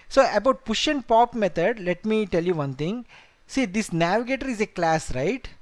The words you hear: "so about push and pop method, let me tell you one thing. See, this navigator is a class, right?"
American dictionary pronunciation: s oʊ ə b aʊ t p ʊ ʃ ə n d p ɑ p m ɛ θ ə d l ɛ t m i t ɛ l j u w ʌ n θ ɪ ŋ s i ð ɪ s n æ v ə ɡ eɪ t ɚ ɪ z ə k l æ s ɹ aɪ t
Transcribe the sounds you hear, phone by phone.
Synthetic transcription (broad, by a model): s oʊ ə b aʊ t p ʊ ʃ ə n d p ɑ p m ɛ t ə d l ɛ t m i t ɛ l j u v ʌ n t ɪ ŋ s i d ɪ s n æ v ə ɡ eɪ t ɚ ɪ z ə k l æ s ɹ aɪ t